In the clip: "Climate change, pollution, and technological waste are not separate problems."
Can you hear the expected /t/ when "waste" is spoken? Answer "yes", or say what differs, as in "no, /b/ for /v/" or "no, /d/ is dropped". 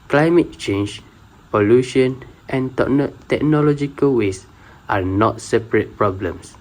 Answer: yes